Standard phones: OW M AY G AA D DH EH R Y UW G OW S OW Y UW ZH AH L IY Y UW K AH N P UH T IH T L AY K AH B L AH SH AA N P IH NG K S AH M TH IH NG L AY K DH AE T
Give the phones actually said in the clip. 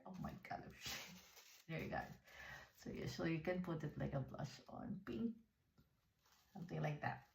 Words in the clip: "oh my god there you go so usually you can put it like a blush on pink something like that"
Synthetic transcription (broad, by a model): OW M AY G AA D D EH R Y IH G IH S OW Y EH S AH IY Y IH K AH N P UH T IH T L AY K AH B L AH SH AA N P IH NG K S AH M TH IH NG L AY K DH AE T